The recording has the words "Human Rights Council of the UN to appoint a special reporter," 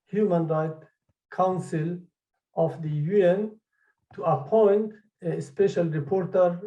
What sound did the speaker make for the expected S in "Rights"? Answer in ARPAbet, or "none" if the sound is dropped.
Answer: none